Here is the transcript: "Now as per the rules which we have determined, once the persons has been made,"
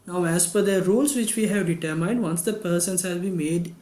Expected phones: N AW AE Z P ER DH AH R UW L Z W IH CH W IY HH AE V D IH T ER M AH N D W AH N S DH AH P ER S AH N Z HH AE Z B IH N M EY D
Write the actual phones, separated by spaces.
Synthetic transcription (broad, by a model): N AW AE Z F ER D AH R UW L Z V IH CH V IY HH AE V D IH T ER M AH N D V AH N S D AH P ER S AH N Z HH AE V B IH M EY D